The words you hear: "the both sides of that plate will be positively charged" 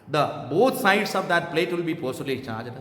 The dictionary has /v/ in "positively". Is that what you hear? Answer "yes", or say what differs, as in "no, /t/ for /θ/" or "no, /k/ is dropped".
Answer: no, /v/ is dropped